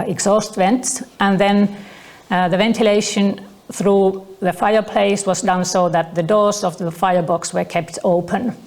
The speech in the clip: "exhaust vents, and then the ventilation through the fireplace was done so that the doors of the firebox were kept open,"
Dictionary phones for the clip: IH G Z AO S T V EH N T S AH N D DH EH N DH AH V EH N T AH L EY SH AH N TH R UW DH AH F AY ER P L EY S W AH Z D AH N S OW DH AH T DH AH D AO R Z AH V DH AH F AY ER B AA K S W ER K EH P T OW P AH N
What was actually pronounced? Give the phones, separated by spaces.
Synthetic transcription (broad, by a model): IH G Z AO S T V EH N T S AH N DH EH N DH AH V EH N T AH L EY SH AH N TH R UW DH AH F AY ER P L EY S W AH Z D AH N S OW DH AH T DH AH D AO R Z AH V DH AH F AY ER B AA K S W ER K EH P T OW P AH N